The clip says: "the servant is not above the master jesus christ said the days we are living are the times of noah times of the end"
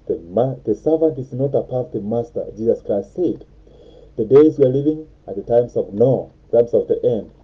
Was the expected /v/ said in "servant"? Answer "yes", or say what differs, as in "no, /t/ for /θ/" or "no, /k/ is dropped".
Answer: yes